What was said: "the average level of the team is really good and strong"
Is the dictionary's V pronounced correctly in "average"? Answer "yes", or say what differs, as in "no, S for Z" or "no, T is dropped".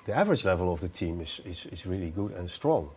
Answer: yes